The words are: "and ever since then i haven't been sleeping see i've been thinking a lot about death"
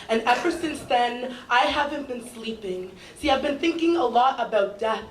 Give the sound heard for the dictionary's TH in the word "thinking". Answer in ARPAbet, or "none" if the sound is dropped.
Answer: TH